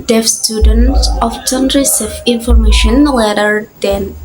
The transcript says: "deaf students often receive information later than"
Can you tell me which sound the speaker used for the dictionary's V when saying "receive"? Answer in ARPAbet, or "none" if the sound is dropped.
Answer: F